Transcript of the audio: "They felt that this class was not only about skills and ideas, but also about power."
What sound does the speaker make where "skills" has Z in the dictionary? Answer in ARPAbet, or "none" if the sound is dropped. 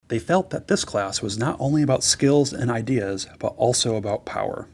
Z